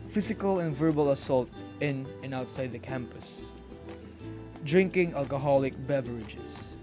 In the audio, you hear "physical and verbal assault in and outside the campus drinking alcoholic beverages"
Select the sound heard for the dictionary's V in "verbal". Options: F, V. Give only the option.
V